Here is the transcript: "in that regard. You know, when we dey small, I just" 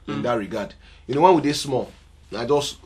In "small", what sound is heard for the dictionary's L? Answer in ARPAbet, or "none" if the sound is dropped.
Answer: N